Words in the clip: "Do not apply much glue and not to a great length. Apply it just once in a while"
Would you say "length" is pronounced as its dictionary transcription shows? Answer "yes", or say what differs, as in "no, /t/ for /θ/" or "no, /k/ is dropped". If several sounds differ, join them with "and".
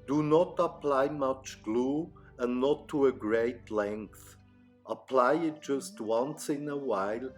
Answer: yes